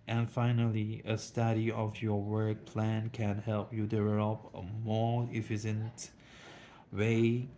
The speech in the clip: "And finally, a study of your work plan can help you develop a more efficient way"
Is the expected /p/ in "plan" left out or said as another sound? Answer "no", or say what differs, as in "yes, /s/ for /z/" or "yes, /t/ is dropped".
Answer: no